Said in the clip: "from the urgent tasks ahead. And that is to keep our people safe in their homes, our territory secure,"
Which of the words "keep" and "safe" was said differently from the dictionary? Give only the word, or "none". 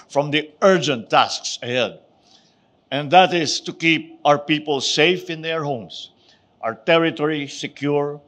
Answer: none